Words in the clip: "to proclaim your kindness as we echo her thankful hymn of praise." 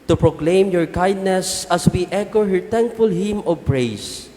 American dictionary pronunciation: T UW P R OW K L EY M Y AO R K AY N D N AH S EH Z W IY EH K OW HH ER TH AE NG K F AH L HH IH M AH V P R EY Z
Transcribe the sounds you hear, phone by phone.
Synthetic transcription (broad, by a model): T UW P R OW K L EY M Y AO R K AY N D N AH S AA S W IY EH K OW HH ER T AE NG K F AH L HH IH M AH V P R EY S